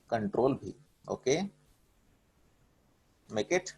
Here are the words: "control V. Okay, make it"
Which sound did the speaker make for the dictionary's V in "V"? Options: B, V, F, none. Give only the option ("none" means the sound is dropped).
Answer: B